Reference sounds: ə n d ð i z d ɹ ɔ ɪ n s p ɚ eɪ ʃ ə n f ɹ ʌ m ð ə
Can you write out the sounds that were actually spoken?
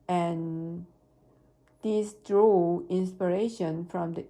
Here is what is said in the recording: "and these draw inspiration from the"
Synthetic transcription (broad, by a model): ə n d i s d ɹ ɔ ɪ n s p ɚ eɪ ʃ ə n f ɹ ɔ m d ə